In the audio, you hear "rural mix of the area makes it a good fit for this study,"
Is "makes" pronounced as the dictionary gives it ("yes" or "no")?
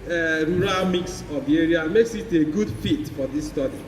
yes